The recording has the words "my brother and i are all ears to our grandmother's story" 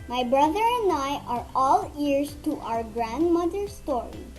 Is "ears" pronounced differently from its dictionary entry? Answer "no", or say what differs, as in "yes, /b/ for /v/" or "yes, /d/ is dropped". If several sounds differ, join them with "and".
yes, /s/ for /z/